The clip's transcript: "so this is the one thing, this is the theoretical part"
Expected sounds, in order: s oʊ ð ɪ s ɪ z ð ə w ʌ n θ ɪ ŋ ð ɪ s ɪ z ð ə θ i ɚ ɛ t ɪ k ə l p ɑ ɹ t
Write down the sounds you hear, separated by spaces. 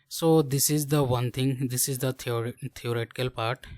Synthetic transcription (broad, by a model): s oʊ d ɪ s ɪ z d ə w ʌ n t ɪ ŋ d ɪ s ɪ z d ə t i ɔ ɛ t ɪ k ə l p ɑ ɹ t